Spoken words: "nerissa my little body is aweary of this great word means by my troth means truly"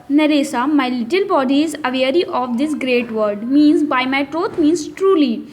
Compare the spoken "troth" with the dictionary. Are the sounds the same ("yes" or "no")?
no